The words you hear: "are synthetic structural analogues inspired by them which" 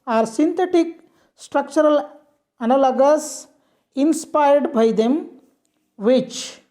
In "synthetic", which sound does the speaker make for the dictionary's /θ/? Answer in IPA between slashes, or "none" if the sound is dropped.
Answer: /t/